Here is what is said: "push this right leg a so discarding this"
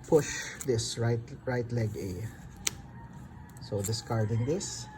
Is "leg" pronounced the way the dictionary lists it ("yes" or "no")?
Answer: yes